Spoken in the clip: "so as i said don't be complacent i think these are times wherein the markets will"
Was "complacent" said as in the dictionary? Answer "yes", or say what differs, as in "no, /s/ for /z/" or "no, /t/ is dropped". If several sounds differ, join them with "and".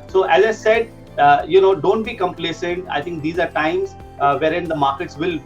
yes